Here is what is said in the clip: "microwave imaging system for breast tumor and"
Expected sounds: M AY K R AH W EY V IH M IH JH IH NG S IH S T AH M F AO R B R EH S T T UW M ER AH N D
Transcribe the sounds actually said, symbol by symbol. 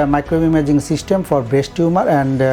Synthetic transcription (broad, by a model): M AY K R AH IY M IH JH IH NG S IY S T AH M F AO R B EH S T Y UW M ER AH N D